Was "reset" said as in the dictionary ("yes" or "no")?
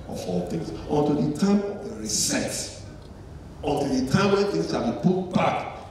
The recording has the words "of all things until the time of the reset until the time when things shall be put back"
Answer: yes